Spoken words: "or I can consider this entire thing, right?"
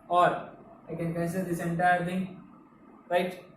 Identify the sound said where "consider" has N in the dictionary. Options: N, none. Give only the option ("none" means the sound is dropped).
none